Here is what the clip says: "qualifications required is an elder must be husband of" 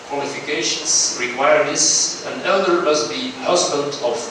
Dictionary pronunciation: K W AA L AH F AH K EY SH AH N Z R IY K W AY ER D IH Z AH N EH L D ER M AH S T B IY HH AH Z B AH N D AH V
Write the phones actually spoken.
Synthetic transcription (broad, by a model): K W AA L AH F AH K EY SH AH N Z R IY K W AY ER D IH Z AH N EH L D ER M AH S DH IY HH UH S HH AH L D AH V